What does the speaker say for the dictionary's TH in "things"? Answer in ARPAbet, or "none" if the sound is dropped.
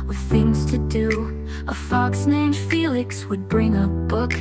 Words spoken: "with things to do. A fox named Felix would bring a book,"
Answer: TH